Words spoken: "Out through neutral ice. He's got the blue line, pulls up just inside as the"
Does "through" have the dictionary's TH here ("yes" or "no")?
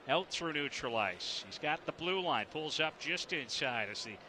no